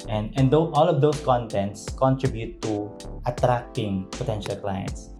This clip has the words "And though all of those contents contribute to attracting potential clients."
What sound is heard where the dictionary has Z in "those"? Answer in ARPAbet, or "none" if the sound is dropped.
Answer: S